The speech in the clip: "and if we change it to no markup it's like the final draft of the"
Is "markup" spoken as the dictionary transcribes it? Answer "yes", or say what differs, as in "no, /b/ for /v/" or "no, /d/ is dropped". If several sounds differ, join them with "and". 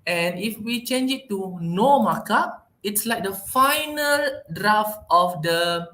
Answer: no, /p/ is dropped